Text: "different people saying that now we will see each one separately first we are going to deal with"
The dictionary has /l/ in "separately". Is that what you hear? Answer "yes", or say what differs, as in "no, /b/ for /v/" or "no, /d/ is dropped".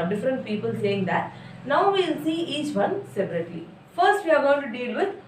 no, /l/ is dropped